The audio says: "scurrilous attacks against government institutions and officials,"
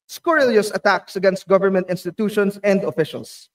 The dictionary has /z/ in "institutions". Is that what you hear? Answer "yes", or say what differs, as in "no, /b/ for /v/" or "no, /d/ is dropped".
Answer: no, /s/ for /z/